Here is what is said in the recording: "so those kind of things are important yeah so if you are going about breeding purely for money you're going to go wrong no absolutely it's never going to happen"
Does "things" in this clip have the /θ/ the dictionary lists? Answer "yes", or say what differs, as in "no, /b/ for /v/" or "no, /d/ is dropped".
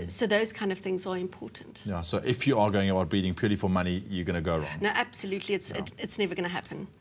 yes